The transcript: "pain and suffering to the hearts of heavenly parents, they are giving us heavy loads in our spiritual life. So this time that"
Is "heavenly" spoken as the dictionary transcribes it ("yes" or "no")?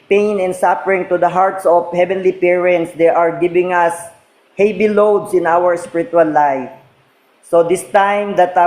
yes